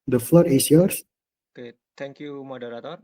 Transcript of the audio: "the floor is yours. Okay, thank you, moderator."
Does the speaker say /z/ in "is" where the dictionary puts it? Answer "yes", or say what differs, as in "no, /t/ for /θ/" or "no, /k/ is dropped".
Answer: no, /s/ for /z/